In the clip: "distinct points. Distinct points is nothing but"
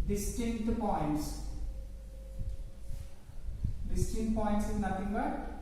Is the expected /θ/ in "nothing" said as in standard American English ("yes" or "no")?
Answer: no